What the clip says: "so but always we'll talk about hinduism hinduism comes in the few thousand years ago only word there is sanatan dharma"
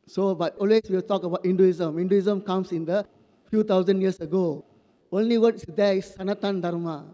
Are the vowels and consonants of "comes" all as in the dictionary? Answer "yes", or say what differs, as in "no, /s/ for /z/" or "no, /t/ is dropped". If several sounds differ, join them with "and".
no, /s/ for /z/